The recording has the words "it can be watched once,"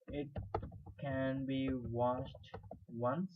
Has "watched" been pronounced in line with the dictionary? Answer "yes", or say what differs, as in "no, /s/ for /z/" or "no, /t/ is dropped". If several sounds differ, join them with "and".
no, /ʃ/ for /tʃ/